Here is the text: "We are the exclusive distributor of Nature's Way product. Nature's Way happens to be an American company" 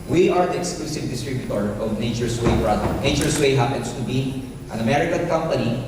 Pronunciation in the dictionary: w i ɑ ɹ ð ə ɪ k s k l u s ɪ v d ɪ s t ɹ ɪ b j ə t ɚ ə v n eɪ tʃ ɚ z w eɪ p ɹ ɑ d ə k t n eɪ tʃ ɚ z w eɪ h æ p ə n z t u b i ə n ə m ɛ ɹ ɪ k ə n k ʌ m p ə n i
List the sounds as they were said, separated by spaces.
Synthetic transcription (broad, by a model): w i ɑ ɹ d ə ɪ k s k l u s ɪ v d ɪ s t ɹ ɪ b j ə t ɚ ə v n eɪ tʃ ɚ s w eɪ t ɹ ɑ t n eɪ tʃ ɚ s w eɪ h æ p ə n s t u b i ə n ə m ɛ ɹ ɪ k ə n k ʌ m p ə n i